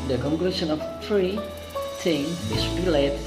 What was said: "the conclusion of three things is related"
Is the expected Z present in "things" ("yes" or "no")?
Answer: no